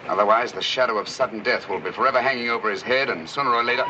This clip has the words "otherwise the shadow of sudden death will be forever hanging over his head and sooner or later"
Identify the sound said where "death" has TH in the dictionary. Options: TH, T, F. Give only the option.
TH